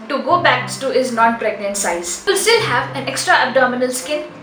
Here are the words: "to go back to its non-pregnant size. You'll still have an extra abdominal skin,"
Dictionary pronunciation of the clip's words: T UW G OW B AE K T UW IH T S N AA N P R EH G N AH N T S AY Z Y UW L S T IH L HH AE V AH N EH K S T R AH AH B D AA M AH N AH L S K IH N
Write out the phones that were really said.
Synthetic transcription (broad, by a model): T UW G OW B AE K T UW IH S N AA N P R EH G N AH N T S AY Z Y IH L S T IH L HH AE V AH N EH K S T R AH AH B D AA M AH N AH L S K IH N